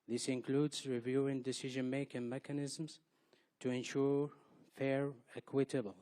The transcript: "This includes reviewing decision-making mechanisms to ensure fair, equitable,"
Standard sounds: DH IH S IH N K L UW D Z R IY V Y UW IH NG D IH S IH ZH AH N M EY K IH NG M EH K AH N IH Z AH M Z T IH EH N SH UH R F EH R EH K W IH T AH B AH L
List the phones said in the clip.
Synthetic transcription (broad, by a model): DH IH S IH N K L UW D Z R IY V Y UW IH NG D IH S IH ZH AH N M EY K IH NG M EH K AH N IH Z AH M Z T IH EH N SH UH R F EH R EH K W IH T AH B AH L